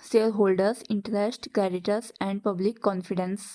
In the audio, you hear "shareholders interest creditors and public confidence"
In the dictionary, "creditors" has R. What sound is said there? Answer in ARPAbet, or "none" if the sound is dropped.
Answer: none